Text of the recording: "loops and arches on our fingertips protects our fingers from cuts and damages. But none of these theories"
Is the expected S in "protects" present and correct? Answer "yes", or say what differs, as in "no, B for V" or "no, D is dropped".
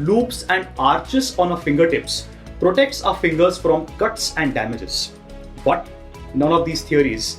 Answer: yes